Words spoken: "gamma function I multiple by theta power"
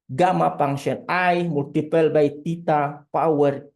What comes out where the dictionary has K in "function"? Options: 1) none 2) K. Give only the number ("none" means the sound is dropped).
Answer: 1